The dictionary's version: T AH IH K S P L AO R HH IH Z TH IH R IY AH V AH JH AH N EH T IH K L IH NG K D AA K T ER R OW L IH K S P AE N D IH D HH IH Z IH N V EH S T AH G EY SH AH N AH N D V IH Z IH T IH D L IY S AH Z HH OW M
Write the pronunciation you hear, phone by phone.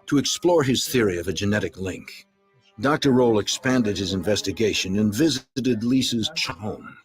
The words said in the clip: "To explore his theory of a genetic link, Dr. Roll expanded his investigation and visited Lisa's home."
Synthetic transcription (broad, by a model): T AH IH K S P L AO R IH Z TH IH R IY AH V AH JH AH N EH T IH K L IH NG K D AA K T ER R OW L IH K S P AE N D IH D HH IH Z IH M V EH S T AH G EY SH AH N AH N V IH Z IH T IH D L IY S AH Z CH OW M